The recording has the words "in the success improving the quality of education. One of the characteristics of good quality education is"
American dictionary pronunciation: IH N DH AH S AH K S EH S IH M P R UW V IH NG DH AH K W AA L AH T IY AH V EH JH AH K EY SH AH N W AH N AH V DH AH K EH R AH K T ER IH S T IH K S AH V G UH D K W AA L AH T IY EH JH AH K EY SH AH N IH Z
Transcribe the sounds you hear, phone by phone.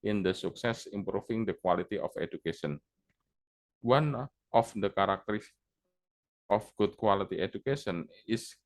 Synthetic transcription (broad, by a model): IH N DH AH S AH K S EH S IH M P R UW F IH NG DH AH K W AA L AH T IY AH F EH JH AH K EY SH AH N W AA N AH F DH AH K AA R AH K T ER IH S T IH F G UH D K W AA L AH T IY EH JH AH K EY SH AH N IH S